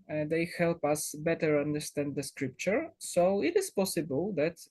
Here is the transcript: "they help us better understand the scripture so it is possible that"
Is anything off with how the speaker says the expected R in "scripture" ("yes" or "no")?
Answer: no